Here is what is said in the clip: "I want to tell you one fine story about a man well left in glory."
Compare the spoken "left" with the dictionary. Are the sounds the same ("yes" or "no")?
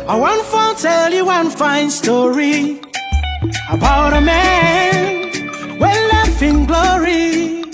no